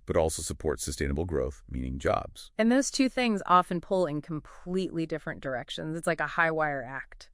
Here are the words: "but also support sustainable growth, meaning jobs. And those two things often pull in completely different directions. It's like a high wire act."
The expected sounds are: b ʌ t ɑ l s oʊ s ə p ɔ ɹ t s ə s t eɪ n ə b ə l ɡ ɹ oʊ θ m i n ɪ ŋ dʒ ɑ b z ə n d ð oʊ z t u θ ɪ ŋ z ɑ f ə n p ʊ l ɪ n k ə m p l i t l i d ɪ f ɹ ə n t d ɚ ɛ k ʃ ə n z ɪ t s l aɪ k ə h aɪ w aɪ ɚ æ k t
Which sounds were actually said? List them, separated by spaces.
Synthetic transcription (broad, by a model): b ʌ t ɑ l s oʊ s ə p ɔ ɹ t s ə s t eɪ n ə b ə l ɡ ɹ oʊ θ m i n ɪ ŋ dʒ ɑ b z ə n ð oʊ z t u θ ɪ ŋ z ɑ f ə n p ʊ l ɪ n k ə m p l i t l i d ɪ f ɹ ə n d ɚ ɛ k ʃ ə n z ɪ t s l aɪ k ə h aɪ w aɪ ɚ æ k t